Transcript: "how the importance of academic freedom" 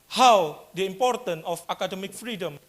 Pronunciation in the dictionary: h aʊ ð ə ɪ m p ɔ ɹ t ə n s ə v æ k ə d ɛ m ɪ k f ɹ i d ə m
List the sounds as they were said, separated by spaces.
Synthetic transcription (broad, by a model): h aʊ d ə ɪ m p ɔ ɹ t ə n ə f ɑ k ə d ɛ m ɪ k f ɹ i d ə m